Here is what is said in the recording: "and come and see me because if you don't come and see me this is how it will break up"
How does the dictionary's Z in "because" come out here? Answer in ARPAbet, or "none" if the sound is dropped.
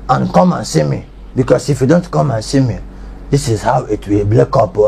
S